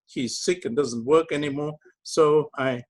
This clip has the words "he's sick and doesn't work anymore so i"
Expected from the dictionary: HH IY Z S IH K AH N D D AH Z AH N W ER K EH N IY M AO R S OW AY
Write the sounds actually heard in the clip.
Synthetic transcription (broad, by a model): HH IY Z S IH K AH N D D AH Z AH N W ER K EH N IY M AO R S OW AY